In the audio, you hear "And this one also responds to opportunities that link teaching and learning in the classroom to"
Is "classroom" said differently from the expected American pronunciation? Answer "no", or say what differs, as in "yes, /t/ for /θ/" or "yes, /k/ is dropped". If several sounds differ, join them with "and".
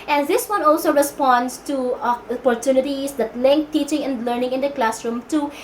no